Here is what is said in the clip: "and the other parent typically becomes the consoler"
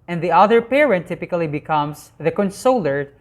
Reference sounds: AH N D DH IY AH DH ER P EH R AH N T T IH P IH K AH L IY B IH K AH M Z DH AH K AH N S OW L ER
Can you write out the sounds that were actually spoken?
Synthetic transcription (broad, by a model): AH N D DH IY AH DH ER P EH R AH N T T IH P IH K AH L IY B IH K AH M S DH AH K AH N S OW L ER